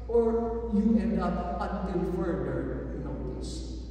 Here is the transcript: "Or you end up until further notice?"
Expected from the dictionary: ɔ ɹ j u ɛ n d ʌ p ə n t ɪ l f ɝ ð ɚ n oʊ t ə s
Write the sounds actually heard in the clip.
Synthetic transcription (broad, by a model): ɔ ɹ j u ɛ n ʌ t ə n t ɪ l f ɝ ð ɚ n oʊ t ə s